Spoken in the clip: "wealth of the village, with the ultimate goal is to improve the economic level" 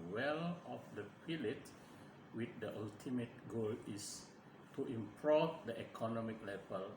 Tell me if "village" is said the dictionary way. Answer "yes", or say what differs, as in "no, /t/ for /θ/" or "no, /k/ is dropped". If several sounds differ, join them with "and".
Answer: no, /p/ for /v/